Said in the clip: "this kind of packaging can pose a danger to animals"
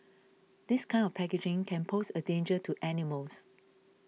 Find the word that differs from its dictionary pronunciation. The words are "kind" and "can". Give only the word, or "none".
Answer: kind